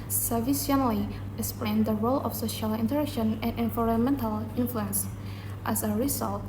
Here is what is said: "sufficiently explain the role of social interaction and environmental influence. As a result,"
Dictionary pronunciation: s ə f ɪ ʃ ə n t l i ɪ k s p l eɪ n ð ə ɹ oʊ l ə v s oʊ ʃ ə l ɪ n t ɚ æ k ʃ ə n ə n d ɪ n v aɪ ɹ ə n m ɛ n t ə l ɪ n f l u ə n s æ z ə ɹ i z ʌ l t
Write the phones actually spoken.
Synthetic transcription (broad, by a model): s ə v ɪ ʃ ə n l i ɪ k s p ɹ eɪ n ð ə ɹ oʊ l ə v s oʊ ʃ ə l ɪ n t ɚ æ k ʃ ə n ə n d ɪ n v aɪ ɹ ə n m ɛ n t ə l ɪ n f l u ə n s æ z ə ɹ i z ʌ l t